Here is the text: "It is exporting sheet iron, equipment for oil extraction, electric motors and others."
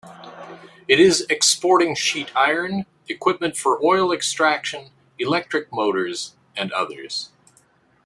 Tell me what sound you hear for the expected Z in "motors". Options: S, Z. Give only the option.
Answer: Z